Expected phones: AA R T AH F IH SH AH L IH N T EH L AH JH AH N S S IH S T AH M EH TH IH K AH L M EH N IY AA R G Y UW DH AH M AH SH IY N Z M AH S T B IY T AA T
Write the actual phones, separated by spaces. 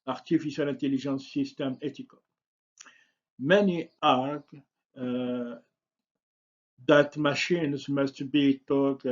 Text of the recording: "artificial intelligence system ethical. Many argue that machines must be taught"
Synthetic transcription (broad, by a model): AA R T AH F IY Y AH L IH N T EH L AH ZH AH N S S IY S T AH M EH T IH K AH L M EH N IY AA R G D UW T M AH SH IY N Z M AH S T B IY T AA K